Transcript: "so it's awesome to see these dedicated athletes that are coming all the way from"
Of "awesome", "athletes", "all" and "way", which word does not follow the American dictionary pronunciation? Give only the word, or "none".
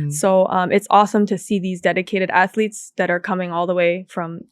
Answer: none